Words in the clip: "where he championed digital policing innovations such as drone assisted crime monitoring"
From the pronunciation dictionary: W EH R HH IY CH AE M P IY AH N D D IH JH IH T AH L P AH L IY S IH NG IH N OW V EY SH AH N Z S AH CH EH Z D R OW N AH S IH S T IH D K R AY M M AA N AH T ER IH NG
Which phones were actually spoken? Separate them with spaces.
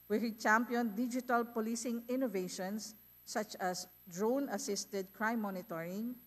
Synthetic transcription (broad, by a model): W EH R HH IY CH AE M P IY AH N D D IH JH IH T AH L P AH L IY S IH NG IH N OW V EY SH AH N S AH CH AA S D R OW N AH S IH S T IH D K R AY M M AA N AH T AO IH NG